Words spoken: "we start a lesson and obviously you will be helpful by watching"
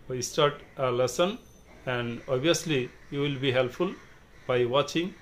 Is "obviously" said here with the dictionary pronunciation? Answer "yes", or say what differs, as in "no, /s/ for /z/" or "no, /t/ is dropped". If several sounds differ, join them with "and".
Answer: no, /v/ is dropped